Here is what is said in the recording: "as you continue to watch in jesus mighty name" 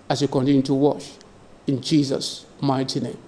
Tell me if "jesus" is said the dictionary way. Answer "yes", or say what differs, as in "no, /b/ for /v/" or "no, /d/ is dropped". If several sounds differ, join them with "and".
yes